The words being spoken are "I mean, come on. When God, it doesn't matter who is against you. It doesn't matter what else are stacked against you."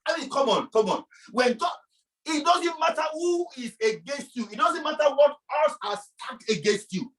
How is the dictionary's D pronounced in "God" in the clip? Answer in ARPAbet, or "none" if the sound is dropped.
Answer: none